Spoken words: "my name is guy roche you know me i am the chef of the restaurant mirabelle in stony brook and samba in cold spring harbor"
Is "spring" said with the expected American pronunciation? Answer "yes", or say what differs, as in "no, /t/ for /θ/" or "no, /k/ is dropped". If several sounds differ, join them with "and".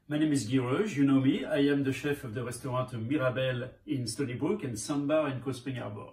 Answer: no, /ɹ/ is dropped